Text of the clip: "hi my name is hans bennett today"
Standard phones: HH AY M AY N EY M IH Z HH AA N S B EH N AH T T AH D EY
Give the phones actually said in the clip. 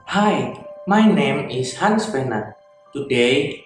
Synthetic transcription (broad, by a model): HH AY M AY N EY M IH S HH AA N S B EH N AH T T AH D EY